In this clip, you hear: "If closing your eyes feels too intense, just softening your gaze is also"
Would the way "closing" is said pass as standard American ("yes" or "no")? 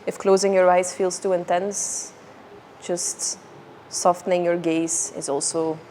yes